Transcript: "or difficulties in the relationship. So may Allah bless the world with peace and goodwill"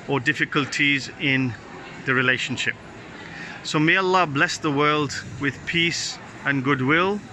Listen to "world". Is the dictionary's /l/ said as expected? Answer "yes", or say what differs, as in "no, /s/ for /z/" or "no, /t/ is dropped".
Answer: yes